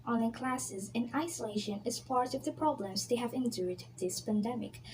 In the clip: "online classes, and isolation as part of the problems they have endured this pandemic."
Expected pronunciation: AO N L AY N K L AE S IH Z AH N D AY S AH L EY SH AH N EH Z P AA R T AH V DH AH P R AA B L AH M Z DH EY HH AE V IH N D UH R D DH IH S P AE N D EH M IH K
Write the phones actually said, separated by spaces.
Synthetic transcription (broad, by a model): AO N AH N K L AE S IH Z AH N AY S AH L EY SH AH N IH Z P AA R T AH V DH AH P R AA B L AH M Z DH EY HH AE V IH N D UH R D DH IH S P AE N D EH M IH K